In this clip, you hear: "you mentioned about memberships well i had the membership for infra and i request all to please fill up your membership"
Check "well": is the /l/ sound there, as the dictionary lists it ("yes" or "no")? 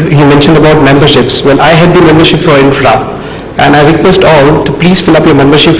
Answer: no